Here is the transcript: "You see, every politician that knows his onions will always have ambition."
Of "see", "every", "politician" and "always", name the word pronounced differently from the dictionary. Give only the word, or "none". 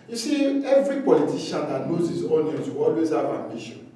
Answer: politician